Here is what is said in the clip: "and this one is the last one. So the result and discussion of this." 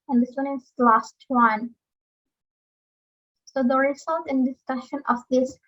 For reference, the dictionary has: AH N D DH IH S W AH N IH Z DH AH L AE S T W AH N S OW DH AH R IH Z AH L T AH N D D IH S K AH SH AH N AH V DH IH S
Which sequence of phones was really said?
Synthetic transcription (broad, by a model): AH N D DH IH S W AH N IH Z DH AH L AE S T W AH N S OW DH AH R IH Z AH L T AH N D D IH S K AH SH AH N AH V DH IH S